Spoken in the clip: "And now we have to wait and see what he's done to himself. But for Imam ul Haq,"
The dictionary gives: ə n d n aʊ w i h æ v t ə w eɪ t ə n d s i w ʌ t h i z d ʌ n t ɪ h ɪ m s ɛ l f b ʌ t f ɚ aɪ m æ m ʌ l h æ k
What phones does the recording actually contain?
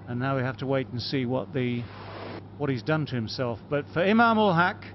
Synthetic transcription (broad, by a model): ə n n aʊ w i h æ f t ə w eɪ t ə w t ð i w ʌ t h i z d ʌ n t ɪ h ɪ m s ɛ l f b ʌ t f ɚ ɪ m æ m ʌ l h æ k